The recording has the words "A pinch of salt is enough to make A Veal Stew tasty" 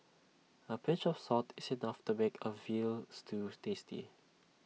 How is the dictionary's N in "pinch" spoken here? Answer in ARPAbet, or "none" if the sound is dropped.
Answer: none